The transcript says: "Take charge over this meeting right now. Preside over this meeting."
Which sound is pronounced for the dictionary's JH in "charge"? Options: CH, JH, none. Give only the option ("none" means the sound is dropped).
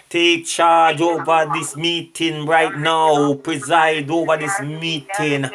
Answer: JH